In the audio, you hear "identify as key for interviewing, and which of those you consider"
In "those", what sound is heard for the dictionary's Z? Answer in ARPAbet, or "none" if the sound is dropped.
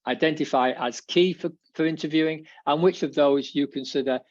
Z